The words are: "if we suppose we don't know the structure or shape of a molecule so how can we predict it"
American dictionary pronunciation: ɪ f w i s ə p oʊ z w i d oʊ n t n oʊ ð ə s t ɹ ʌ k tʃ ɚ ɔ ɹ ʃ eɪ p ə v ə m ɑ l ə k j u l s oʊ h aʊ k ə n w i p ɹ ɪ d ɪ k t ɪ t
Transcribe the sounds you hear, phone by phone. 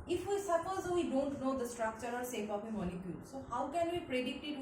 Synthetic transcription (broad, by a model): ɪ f w i s ə p oʊ z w i d oʊ n t n oʊ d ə s t ɹ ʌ k tʃ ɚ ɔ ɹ s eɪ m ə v ə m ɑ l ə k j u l s oʊ h aʊ k ə n w i p ɹ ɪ d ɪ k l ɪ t